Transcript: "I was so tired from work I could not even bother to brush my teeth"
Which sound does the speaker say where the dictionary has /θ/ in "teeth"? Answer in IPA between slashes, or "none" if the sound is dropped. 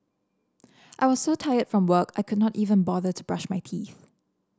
/θ/